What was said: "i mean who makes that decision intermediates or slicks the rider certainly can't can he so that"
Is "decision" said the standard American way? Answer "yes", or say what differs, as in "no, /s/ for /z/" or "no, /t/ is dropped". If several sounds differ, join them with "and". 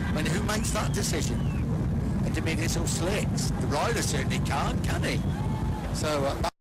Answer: yes